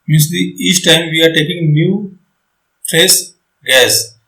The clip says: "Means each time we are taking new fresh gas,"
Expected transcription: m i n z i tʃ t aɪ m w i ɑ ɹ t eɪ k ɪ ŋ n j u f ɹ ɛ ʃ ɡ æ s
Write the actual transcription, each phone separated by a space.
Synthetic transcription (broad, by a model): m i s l i tʃ t aɪ m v i ɑ ɹ t eɪ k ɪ ŋ n j u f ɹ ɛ s ɡ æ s